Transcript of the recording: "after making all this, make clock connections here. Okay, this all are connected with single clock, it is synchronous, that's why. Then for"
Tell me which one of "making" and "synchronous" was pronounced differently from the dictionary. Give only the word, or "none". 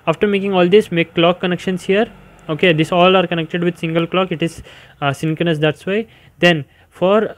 synchronous